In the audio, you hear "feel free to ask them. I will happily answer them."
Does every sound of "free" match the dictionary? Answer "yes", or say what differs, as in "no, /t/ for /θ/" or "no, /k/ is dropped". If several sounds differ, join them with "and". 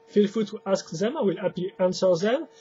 no, /ɹ/ is dropped